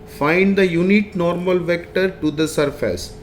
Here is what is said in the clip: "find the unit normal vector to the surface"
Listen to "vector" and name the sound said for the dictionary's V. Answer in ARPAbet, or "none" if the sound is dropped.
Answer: V